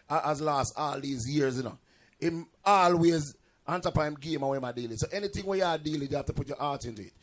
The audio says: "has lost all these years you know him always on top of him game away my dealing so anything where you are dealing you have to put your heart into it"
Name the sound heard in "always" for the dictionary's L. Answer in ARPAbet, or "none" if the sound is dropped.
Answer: L